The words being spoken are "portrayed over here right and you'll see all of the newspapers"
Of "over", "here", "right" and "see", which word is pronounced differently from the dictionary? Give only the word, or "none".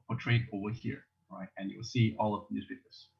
over